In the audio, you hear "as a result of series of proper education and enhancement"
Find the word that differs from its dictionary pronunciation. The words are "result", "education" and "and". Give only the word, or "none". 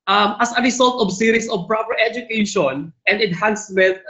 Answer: result